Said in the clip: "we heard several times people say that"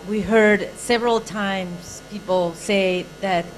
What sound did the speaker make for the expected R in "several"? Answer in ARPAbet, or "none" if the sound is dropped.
R